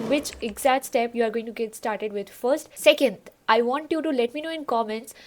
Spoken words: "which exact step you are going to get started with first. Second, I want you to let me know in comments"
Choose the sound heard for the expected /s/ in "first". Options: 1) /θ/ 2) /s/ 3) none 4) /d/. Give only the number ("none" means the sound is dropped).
2